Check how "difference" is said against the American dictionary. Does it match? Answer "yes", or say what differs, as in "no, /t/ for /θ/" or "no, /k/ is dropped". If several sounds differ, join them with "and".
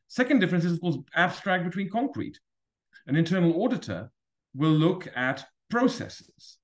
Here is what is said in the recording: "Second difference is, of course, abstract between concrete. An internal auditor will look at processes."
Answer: yes